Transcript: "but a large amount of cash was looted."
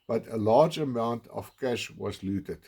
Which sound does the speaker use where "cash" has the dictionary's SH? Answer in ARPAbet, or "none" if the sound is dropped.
SH